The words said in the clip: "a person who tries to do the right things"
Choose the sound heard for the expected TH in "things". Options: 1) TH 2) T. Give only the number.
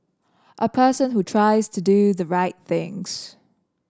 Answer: 1